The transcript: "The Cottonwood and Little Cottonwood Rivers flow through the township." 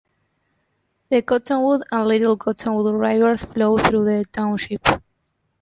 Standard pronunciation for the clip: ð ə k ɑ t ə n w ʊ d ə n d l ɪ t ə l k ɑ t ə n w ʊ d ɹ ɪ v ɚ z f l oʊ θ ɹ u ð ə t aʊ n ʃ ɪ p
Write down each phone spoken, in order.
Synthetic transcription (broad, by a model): ð ə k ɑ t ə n w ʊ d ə n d l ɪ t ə l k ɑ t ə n w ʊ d ɹ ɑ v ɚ s f l oʊ θ ɹ u ð ə t aʊ n ʃ ɪ p